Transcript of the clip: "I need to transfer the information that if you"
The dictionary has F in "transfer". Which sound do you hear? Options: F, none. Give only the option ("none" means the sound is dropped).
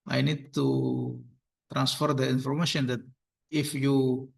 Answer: F